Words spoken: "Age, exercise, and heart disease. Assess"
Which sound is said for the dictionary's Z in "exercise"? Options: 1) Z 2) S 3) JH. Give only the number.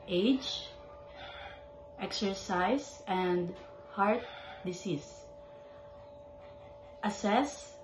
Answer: 2